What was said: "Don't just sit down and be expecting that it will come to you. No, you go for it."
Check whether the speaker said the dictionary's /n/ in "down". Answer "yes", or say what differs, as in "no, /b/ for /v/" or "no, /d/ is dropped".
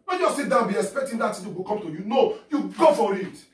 no, /n/ is dropped